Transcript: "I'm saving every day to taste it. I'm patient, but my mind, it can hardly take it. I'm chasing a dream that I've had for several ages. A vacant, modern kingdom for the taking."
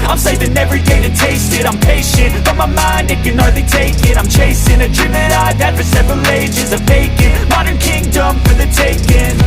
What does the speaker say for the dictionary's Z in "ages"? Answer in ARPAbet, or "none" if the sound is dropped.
Z